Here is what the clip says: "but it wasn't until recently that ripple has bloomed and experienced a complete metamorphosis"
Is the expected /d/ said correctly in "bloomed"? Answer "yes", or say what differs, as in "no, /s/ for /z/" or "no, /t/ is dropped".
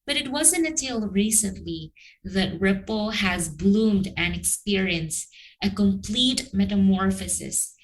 yes